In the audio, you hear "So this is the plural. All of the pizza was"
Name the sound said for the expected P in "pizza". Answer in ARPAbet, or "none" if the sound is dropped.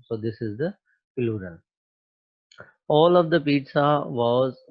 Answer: P